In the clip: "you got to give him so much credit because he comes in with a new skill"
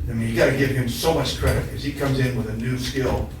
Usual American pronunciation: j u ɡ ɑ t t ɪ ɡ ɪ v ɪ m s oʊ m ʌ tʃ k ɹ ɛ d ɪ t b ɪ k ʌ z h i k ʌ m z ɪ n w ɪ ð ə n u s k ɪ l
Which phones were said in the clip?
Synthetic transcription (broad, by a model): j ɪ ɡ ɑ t t ɪ ɡ ɪ v ɪ m s oʊ m ʌ tʃ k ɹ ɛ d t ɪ k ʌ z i k ʌ m z ɪ n w ɪ ð ə n u s k ɪ l